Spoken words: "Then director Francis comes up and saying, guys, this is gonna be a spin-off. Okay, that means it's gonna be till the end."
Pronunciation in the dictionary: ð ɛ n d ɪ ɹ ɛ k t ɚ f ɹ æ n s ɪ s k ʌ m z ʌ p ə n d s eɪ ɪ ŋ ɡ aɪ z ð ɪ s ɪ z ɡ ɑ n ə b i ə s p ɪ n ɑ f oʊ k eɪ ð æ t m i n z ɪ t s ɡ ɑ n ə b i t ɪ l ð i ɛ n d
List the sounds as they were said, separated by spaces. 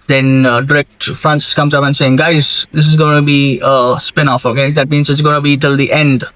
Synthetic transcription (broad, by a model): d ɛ n d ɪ ɹ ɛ k t f ɹ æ n s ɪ s k ʌ m z ʌ p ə n s eɪ ɪ ŋ ɡ aɪ z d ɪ s ɪ z ɡ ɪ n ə b i ə s p ɪ n ɑ f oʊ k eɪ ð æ t m i n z ɪ t s ɡ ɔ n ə b i t ɪ l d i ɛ n d